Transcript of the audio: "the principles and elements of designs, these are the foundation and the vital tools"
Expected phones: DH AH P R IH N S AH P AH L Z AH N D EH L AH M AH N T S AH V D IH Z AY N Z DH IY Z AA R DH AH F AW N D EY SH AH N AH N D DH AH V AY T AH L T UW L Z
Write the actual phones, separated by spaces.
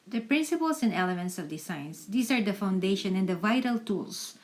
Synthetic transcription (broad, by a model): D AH P R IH N S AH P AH L S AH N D EH L AH M AH N T S AH V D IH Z AY N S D IY S AA R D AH F AW N D EY SH AH N AH N D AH V AY T AH L T UW L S